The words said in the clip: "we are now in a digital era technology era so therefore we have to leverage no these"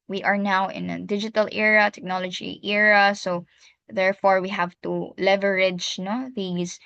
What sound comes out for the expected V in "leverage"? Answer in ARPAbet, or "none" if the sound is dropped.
V